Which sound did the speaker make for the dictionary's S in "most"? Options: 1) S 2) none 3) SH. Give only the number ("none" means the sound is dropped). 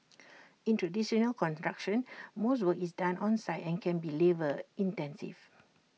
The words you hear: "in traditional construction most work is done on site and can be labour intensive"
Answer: 1